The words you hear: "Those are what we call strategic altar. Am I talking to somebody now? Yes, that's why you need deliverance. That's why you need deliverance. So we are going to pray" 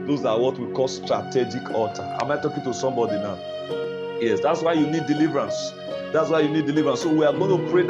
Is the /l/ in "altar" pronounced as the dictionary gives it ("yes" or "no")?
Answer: no